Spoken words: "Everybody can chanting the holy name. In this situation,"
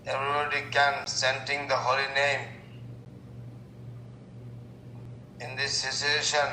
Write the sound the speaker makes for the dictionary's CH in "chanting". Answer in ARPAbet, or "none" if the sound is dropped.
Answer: S